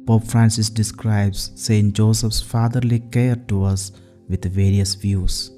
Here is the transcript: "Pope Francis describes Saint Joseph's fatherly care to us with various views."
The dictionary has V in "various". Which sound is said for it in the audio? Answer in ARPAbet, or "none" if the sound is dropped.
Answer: V